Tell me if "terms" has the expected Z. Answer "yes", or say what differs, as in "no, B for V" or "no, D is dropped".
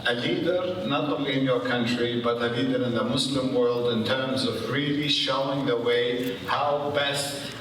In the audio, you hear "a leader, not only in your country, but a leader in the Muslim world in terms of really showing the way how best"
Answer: yes